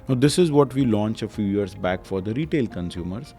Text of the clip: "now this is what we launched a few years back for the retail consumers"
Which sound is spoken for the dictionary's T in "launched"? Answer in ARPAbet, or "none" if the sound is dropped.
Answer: none